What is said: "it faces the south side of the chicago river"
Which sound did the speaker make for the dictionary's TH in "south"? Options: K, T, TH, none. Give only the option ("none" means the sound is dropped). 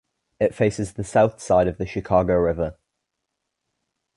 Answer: TH